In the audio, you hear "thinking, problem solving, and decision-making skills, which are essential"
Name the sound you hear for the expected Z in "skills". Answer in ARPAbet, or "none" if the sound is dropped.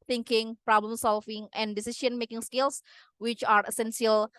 S